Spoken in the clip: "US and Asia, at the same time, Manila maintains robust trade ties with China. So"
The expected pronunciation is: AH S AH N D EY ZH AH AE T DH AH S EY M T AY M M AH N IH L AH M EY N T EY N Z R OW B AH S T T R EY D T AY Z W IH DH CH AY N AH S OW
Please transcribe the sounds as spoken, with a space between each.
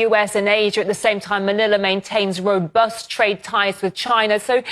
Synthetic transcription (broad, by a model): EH S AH N EY ZH AH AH T DH AH S EY M T AY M M AH N IH L AH M EY N T EY N Z R OW B AH S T T R EY D T AY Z W IH DH CH AY N AH S OW